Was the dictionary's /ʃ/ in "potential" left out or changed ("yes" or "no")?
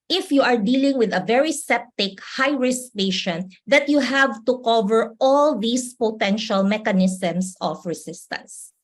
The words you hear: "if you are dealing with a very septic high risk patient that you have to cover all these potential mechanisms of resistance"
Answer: no